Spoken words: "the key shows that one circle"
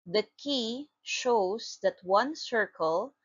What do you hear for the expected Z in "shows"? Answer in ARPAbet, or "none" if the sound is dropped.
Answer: S